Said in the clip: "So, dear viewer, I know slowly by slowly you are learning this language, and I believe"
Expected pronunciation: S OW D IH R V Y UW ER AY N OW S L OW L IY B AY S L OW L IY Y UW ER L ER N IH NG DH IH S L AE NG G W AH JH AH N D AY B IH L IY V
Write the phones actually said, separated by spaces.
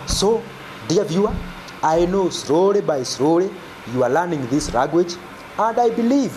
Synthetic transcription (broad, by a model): S OW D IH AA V Y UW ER AY N OW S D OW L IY B AY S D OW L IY Y UW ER L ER N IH NG DH IH S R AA G W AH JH AH N D AY B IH L IY V